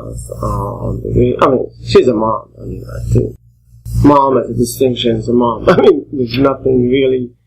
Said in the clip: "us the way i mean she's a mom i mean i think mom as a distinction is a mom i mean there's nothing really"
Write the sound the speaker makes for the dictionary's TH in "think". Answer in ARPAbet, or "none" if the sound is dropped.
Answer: T